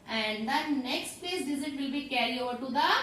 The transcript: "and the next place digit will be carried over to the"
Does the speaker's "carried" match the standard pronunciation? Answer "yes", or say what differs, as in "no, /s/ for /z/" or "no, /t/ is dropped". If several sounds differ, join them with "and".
no, /d/ is dropped